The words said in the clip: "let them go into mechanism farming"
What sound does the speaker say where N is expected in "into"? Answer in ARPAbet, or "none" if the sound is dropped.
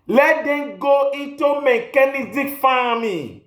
none